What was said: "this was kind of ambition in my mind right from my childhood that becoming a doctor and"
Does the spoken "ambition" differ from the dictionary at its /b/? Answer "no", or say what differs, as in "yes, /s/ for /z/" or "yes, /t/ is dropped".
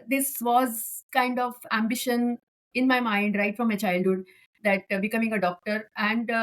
no